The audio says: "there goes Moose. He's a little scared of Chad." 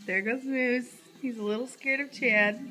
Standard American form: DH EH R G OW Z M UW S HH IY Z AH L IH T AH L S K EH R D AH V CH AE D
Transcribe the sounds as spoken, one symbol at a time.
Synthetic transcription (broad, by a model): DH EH R G OW Z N UW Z HH IY Z AH L IH T L S K EH R D AH V CH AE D